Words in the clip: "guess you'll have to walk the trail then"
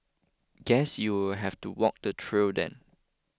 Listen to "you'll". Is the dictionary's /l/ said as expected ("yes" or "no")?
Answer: no